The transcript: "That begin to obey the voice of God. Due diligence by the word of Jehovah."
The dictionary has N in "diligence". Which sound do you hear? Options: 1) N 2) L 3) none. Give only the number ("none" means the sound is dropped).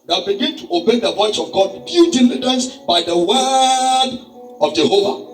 3